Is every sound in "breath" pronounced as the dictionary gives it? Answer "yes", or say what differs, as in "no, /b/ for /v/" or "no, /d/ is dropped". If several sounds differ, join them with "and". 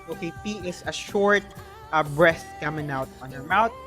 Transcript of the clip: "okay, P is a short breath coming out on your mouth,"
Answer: no, /t/ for /θ/